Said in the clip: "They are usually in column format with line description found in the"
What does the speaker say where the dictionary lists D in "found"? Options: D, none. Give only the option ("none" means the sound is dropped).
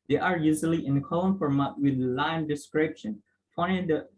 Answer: none